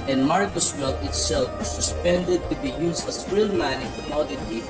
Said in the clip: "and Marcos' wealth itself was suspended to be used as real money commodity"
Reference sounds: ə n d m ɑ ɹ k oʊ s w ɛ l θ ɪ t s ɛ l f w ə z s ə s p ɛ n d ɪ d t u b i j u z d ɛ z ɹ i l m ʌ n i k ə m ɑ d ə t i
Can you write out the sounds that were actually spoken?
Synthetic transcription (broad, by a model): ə n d m ɑ ɹ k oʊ s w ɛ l t ɪ t s ɛ l f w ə s ə s p ɛ n d ɪ d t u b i j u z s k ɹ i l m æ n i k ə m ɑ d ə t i